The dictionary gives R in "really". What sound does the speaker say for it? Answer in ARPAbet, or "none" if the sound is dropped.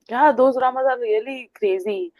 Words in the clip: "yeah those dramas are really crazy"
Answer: L